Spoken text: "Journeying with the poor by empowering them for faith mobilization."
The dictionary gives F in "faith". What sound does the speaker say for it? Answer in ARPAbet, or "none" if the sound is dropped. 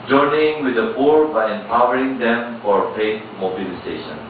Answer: P